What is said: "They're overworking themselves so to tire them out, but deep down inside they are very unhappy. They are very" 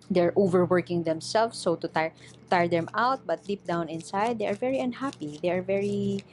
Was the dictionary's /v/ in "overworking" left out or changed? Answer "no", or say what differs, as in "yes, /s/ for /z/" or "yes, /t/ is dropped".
no